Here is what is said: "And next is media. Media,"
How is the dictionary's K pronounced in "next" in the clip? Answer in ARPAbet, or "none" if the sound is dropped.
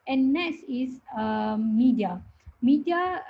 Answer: none